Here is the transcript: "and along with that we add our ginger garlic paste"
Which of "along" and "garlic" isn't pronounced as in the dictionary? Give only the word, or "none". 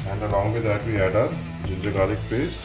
garlic